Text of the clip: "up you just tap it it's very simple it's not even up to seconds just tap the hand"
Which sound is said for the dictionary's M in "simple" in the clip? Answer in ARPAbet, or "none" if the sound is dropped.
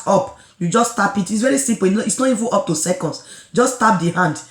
none